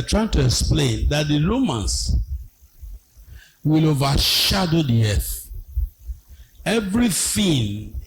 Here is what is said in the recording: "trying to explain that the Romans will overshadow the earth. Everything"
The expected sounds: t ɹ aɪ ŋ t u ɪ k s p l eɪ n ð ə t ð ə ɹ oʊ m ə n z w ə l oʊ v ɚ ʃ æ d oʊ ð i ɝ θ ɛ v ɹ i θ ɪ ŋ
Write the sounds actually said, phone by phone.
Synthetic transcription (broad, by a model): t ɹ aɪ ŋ t u ɪ k s p l eɪ n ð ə t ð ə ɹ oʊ m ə n s w ə l oʊ v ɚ ʃ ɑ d oʊ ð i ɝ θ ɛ v ɹ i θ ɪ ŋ